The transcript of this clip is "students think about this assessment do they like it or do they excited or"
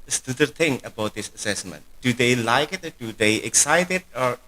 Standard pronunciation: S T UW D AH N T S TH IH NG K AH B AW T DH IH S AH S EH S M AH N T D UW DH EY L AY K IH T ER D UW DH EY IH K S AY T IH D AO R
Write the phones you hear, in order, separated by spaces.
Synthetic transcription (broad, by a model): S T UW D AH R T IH NG AH B AW T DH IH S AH S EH S M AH N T D UW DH EY L AY K IH T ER D UW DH EY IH K S AY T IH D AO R